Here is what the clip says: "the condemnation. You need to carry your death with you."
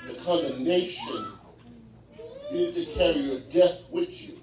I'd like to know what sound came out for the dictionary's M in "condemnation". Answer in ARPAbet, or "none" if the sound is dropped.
none